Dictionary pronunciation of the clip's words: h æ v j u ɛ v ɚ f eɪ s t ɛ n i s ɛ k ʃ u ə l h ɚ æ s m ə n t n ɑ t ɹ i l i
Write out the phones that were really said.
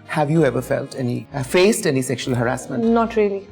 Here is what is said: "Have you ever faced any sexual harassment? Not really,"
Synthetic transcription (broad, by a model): h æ v j u ɛ v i f eɪ s t ɛ n i s ɛ k ʃ u ə l h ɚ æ s m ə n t n ɑ t ɹ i l i